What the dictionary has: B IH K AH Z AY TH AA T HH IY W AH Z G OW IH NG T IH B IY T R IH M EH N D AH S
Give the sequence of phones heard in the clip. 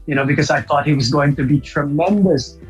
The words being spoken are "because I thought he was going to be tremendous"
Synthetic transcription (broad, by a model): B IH K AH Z AY TH AA T HH IY W AH Z G OW IH NG T IH B IY T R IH M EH N D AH S